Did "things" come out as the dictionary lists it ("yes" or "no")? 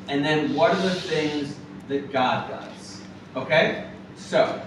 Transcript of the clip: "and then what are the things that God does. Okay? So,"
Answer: yes